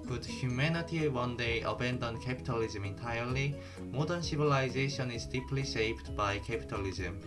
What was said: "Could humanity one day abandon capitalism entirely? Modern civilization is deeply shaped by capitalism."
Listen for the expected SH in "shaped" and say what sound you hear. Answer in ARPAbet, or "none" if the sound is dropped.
S